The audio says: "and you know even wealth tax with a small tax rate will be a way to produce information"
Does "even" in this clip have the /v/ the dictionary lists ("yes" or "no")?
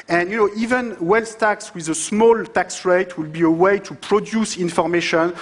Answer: yes